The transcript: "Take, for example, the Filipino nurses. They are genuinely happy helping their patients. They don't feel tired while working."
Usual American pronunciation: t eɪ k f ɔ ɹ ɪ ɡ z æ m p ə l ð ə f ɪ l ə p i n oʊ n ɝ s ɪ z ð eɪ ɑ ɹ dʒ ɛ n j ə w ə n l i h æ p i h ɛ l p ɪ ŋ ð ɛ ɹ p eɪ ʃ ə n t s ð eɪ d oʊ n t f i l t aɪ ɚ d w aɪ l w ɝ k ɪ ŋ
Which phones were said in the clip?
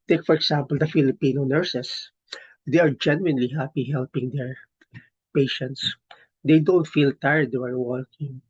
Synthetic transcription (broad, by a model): t eɪ k f ɔ ɹ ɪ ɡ s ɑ m p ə l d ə f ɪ l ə p i n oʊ n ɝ s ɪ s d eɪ ɑ ɹ dʒ ɛ n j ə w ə n l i h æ p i h ɛ l p ɪ ŋ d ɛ ɹ p eɪ ʃ ə n t s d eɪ d oʊ n t f i l t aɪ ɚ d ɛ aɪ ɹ w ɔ k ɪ ŋ